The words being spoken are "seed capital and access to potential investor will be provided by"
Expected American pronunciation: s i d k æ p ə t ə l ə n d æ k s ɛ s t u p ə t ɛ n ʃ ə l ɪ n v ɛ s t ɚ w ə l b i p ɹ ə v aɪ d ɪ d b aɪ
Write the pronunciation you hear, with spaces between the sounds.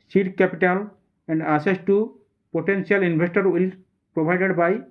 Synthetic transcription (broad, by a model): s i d k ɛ p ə t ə l ə n d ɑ s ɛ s t u p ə t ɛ n s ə l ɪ n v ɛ s t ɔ w ə l p ɹ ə b aɪ d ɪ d b aɪ